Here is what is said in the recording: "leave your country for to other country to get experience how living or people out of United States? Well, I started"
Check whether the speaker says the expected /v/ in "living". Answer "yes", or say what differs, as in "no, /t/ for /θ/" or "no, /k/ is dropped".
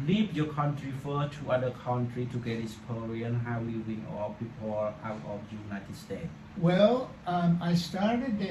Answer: no, /w/ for /v/